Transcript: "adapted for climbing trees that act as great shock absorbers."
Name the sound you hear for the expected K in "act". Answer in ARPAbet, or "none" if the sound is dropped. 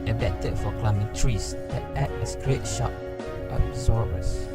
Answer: none